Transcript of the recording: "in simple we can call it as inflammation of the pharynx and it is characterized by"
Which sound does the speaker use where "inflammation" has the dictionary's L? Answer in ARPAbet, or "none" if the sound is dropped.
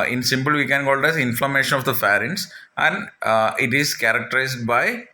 L